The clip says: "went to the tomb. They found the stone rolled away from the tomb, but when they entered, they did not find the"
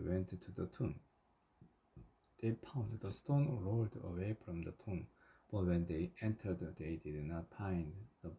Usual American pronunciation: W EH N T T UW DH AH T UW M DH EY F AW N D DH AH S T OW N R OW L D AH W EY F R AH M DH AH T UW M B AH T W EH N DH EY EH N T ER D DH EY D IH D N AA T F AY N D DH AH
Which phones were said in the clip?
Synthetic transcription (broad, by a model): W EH N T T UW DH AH T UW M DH EY P AW N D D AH S T OW N R OW L D AH W EY F R AH M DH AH T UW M B AH T W EH N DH EY EH N T ER D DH EY D IH D N AA T P AY N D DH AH